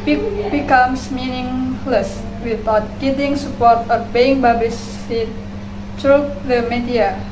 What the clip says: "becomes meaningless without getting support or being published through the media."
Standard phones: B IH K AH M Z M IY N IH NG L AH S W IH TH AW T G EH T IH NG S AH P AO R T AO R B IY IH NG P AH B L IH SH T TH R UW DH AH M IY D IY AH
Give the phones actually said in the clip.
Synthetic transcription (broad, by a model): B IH K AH M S M IY N IH NG L AH S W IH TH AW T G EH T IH NG S AH P AO R T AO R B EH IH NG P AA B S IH T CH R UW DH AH M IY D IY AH